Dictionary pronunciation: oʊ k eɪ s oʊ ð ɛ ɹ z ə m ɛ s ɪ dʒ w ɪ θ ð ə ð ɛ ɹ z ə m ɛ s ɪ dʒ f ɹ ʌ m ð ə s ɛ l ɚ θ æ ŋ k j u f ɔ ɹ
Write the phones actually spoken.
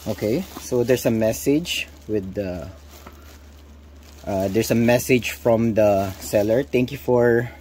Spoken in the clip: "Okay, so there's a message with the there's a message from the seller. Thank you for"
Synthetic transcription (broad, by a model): oʊ k eɪ s oʊ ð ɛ ɹ s ə m ɛ s ɪ dʒ w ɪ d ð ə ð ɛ ɹ s ə m ɛ s ɪ dʒ f ɹ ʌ m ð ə s ɛ l ɚ t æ ŋ k j u f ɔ ɹ